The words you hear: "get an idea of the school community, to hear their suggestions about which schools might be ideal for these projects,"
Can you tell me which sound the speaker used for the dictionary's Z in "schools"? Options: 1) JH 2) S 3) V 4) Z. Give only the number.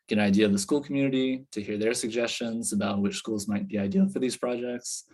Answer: 4